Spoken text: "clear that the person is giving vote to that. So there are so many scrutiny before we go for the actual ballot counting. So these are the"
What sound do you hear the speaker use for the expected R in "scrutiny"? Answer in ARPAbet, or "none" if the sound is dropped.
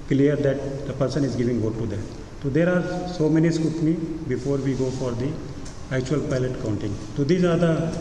none